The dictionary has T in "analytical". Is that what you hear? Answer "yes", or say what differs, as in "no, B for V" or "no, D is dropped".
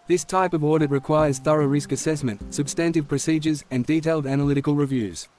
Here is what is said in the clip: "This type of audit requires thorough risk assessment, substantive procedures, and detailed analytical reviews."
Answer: yes